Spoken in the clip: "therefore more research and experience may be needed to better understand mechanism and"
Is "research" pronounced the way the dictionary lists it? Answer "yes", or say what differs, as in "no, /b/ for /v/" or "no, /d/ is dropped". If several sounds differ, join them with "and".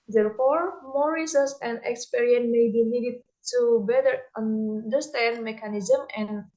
no, /s/ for /tʃ/